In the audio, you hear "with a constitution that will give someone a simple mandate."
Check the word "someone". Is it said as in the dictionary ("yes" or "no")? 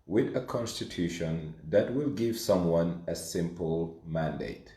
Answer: yes